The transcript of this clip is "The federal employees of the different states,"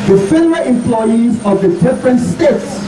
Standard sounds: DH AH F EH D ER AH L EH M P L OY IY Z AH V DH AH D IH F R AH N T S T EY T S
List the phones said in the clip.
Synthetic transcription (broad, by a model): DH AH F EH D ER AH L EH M P L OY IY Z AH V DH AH D IH F R AH N T S T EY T S